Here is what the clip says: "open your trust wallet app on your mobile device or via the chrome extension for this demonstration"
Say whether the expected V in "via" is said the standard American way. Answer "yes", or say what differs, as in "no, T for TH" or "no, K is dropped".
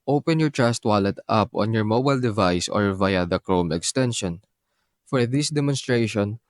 yes